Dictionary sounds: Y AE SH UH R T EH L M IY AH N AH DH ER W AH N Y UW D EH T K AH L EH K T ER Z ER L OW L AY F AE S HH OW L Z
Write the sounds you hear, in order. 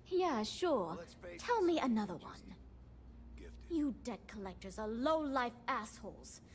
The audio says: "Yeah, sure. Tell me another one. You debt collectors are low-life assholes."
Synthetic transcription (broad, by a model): Y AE SH UH R T EH L M IY AH N AH DH ER W AH N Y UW D EH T K AH L EH K T ER Z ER L OW L AY F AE S HH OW L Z